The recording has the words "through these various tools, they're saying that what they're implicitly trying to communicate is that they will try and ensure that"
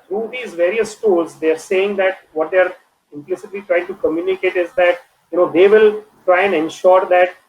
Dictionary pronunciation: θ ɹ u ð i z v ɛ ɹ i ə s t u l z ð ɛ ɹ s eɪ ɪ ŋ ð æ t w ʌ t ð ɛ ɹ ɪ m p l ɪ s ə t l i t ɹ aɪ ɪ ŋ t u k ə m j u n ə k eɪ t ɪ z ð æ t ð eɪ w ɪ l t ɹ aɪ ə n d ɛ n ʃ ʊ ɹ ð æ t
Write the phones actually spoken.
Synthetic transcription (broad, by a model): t ɹ u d i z v ɛ ɹ i ə s t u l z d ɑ ɹ s eɪ ɪ ŋ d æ t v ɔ t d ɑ ɹ ɪ m p l ɪ s ə t l i t ɹ aɪ ɪ ŋ t u k ə m j u n ə k eɪ t ɪ z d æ t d eɪ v ɪ l t ɹ aɪ ə n d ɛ n ʃ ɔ ɹ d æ t